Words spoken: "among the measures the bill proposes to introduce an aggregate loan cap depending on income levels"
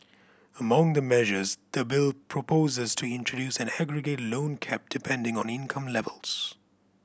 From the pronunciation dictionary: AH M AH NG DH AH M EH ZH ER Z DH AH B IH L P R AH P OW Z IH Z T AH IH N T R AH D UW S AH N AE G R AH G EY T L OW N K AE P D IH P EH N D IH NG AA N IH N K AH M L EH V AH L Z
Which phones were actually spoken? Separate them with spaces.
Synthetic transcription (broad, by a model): AH M AH NG DH AH M EH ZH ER Z DH AH B IH L P R AH P OW Z IH Z T AH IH N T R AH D UW S AH N AE G R AH G EY T L OW N K AE P D IH P EH N D IH NG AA N IH N K AH M L EH V AH L Z